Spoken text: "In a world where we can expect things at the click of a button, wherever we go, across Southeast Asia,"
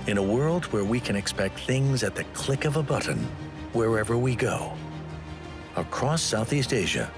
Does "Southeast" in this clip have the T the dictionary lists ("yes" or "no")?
yes